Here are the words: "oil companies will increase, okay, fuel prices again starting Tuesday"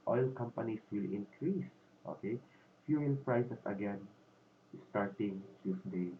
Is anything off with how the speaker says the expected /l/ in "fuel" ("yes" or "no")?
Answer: yes